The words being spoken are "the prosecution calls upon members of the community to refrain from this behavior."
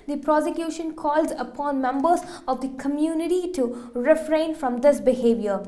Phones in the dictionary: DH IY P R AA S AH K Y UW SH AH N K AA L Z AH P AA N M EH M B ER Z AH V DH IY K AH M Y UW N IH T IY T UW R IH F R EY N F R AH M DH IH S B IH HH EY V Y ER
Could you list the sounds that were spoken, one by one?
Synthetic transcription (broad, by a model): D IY P R AA S AH K Y UW SH AH N K AA L Z AH P AA N M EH M B ER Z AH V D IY K AH M Y UW N IH T IY T UW R IH F R EY N F R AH M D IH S B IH HH EY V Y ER